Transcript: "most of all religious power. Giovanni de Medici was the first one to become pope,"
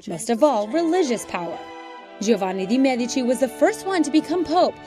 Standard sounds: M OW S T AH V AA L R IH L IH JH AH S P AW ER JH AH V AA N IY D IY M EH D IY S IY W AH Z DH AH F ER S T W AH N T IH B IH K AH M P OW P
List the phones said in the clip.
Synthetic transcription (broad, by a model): M OW S T AH V AA L R IH L IH JH AH S P AW ER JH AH V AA N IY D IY M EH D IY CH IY W AH Z DH AH F ER S T W AH N T IH B IH K AH M P OW P